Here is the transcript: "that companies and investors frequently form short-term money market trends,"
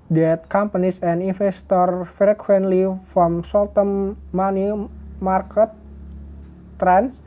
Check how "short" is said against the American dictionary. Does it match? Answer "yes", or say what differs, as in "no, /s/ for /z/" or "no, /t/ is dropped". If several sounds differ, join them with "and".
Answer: no, /s/ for /ʃ/